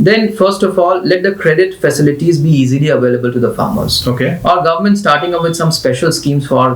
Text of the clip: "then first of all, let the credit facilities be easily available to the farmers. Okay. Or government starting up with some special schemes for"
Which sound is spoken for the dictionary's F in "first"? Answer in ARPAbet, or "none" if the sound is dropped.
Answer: F